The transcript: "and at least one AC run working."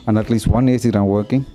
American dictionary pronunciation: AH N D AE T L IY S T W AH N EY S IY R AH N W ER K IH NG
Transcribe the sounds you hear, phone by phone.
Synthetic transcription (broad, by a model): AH N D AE T L IY S T W AH N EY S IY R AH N W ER K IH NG